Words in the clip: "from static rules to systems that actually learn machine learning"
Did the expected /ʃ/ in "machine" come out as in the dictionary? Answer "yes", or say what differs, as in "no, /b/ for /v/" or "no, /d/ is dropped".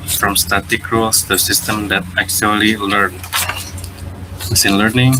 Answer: no, /s/ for /ʃ/